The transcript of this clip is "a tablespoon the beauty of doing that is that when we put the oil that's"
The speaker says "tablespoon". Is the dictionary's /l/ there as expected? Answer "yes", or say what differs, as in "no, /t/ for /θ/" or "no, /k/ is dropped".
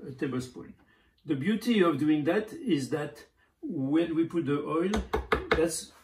no, /l/ is dropped